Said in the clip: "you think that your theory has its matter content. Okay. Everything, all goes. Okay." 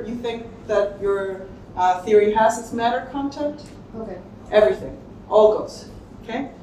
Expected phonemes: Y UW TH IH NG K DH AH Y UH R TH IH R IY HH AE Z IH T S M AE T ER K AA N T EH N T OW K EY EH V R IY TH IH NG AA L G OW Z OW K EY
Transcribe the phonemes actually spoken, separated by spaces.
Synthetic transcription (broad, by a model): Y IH TH IH NG K DH AH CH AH R TH IH R IY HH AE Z IH T S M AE T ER K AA N T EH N T OW K EY EH V R IY TH IH NG AA L G OW Z OW K EY